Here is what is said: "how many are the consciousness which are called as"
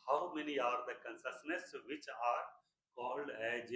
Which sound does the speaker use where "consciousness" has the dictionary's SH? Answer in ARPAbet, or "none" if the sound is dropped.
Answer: S